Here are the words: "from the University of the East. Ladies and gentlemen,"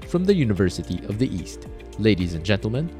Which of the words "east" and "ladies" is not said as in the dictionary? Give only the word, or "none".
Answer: none